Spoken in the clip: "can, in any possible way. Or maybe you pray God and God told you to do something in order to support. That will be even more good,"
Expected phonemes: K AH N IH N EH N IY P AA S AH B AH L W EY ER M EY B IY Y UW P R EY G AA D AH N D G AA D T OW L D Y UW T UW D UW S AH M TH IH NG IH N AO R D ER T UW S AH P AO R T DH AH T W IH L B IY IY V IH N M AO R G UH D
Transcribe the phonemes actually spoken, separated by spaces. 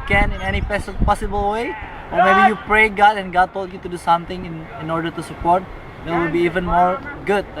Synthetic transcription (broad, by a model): K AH N IH N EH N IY P AA S AH B AH L W EY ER M EY B IY Y UW P R EY G AA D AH N G AA D T OW L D Y UW T UW D UW S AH M T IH NG IH N AO R D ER T UW S AH P AO R T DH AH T W IH L B IY IY V IH N M AO R G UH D